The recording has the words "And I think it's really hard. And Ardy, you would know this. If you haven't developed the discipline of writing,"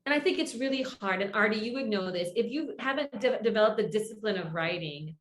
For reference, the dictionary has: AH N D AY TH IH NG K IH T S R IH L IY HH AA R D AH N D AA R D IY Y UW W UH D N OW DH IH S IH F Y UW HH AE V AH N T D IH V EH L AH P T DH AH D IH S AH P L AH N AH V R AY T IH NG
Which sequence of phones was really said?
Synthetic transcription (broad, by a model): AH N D AY TH IH NG K IH T S R IH L IY HH AA R D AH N AA R D IY Y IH W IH D N OW DH IH S IH F Y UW HH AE V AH N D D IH V EH L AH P DH AH D IH S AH P L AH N AH V R AY T IH NG